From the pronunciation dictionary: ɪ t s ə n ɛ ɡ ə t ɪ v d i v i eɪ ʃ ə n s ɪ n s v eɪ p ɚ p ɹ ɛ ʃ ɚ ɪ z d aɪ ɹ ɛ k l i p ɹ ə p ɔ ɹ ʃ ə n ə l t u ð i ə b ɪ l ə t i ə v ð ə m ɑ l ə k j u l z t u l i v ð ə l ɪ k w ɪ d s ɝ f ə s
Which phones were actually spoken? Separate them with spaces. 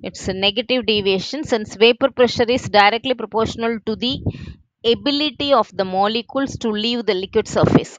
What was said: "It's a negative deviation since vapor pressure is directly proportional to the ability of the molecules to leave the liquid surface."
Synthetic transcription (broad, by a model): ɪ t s ə n ɛ ɡ ə t ɪ v d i v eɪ ʃ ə n s ɪ n s v eɪ p ɚ p ɹ ɛ ʃ ɚ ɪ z d aɪ ɹ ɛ k l i p ɹ ə p ɔ ɹ ʃ ə n ə l t u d i ə b ɪ l ə t i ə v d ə m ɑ l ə k j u l s t u l i v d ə l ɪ k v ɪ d s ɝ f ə s